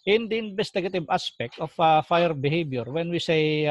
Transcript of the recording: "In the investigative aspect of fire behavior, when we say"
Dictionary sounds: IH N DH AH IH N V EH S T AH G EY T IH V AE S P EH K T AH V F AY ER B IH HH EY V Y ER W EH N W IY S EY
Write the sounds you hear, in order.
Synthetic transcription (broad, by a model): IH N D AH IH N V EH S T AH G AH T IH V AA S P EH K T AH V F AY ER B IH HH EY B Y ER W EH N W IY S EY